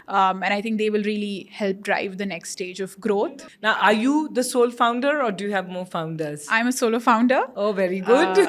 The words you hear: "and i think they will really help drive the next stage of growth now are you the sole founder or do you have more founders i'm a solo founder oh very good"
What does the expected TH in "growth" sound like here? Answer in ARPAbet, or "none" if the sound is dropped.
T